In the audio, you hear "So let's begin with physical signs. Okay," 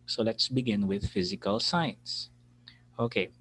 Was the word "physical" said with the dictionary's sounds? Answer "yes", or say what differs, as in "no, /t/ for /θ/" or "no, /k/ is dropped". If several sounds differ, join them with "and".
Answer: yes